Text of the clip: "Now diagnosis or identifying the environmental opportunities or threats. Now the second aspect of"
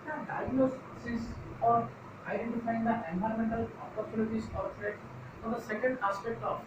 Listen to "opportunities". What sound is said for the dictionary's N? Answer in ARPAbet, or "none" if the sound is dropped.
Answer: L